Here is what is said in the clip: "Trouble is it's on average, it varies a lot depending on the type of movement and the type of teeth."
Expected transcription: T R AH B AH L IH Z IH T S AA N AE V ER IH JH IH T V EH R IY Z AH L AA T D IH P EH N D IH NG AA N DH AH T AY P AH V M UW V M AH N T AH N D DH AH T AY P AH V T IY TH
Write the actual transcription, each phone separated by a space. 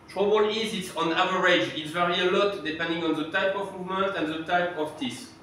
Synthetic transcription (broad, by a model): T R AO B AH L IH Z IH T S AA N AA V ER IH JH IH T V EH R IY AH L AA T D IH P EH N D IH NG AA N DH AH T AY P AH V M UW V M AH N T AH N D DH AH T AY P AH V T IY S